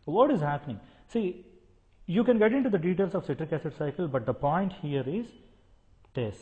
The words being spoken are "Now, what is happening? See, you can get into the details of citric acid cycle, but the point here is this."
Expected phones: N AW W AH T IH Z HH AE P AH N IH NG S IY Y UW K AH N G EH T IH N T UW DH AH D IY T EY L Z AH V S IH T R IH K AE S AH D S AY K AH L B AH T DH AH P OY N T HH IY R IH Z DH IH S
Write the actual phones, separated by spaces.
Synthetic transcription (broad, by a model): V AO T IH Z HH AE P AH N IH NG S IY Y UW K AH N G EH T IH N T UW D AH D IY T EY L S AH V S IH T R IH K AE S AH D S AY K AH L B AH T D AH P OY N T HH IY R IH Z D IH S